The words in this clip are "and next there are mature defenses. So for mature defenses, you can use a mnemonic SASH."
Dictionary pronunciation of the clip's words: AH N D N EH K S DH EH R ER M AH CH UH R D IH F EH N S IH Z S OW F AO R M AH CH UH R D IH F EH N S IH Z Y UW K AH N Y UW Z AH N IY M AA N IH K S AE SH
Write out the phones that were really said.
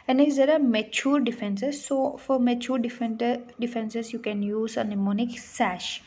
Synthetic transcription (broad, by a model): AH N N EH S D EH R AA M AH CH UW R D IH F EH N S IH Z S OW F AO R M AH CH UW R D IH F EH N S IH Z Y UW K AH N Y UW Z AH N IY M AA N IH K S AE SH